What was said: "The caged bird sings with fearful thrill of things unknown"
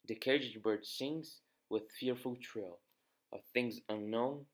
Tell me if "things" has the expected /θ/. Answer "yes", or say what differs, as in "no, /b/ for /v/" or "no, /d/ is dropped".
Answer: yes